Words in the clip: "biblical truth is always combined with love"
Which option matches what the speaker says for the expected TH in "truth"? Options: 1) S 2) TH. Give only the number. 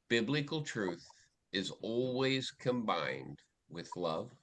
2